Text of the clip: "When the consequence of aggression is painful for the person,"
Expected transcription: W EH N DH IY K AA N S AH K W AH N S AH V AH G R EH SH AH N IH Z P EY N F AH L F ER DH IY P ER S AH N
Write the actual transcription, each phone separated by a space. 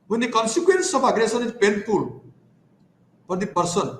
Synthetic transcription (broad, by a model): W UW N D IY K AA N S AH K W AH N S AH P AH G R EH S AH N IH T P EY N P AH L P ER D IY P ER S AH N